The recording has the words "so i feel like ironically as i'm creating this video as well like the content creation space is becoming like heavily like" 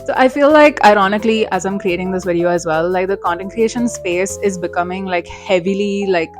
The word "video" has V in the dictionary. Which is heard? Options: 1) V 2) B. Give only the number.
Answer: 1